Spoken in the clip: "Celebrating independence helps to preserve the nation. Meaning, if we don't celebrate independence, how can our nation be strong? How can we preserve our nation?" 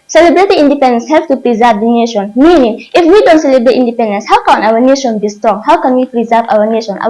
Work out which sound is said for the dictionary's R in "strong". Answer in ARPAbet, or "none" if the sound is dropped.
R